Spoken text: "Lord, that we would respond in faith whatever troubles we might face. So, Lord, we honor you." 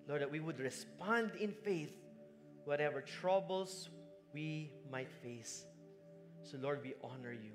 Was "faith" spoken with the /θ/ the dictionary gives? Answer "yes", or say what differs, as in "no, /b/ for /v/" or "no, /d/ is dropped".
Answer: yes